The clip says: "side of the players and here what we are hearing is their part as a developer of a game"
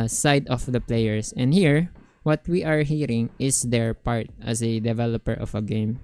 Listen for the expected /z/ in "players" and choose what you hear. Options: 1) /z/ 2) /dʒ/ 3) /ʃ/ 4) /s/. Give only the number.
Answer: 4